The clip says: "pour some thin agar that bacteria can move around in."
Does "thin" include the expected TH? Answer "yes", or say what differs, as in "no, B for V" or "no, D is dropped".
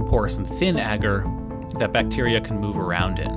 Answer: yes